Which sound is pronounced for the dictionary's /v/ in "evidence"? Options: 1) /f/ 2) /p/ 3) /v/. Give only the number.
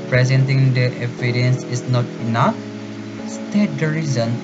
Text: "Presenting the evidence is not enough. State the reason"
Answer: 2